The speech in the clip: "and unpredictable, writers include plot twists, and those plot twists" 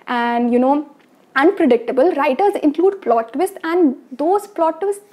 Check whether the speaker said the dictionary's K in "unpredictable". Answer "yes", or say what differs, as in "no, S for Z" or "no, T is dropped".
yes